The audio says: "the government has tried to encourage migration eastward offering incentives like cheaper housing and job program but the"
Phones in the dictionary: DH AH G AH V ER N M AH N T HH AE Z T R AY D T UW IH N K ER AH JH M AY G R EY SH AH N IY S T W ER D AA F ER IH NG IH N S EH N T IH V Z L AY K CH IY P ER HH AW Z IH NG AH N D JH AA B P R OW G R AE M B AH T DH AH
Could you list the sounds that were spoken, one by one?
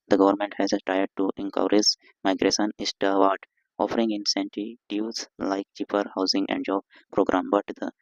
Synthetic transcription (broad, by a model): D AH G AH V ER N M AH N T HH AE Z T AY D T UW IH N K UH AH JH M AY G R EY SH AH N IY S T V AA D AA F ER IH NG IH N S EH N T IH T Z L AY K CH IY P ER HH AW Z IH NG AH N D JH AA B P R OW G R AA M B AH T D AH